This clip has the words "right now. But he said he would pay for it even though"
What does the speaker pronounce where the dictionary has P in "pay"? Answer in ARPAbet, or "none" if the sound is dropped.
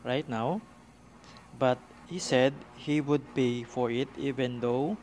B